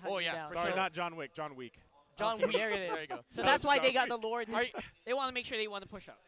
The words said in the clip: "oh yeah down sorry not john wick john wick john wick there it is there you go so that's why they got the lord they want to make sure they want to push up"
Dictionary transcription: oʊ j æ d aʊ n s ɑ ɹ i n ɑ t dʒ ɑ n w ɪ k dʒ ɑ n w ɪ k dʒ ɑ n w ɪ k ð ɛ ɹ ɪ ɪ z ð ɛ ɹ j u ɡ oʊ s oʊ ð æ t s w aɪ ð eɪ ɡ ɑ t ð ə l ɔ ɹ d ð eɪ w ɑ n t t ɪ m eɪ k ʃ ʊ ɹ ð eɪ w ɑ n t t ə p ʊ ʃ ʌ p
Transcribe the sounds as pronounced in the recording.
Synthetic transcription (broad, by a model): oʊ j æ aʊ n s ɑ ɹ i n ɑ t dʒ ɑ n w ɪ k dʒ ɑ n w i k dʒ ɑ n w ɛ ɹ ɪ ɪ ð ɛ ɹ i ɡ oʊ s oʊ ð æ t s w aɪ ð eɪ ɡ ɑ t ð ə l ɔ ɹ d ð eɪ w ɑ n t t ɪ m eɪ k ʃ ʊ ɹ ð eɪ w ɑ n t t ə p ʊ ʃ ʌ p